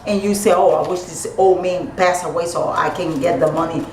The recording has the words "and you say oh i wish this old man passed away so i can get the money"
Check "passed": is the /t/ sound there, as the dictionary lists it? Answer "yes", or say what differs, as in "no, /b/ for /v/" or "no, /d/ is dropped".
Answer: no, /t/ is dropped